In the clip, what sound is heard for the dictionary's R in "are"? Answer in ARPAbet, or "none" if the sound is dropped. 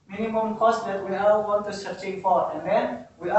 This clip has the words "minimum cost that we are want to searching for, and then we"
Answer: L